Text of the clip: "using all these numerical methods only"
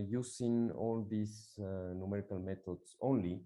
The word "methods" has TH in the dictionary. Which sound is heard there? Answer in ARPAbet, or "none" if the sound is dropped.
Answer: T